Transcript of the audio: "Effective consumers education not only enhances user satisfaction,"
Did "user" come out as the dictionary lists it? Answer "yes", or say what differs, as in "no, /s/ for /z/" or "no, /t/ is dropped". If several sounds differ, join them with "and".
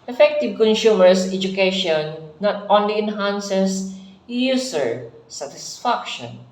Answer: no, /s/ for /z/